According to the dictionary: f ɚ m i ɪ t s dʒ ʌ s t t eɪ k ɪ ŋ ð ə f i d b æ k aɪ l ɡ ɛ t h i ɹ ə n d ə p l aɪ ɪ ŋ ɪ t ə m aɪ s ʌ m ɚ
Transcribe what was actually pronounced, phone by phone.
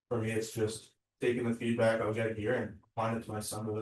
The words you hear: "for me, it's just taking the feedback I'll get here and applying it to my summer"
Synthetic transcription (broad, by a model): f ɚ m i ɪ t s dʒ ʌ s t t eɪ k ɪ ŋ ð ə f i d b æ k aɪ w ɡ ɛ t h i ɹ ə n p aɪ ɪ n ɪ t ə m aɪ s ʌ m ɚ